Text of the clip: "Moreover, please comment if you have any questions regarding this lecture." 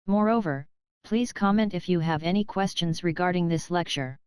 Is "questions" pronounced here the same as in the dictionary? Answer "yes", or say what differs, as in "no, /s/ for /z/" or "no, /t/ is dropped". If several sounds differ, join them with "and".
yes